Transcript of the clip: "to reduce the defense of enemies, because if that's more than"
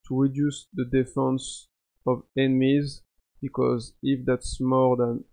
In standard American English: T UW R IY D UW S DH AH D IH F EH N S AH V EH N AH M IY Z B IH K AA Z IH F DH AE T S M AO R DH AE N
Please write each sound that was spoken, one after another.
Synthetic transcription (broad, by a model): T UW R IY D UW S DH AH D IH F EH N S AH V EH N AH M IY Z B IH K AA Z IH F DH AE T S M AO R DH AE N